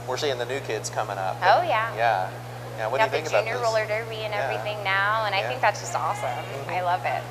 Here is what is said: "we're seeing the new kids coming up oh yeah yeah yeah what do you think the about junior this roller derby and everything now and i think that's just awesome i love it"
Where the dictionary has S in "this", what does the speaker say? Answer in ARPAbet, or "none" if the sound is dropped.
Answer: none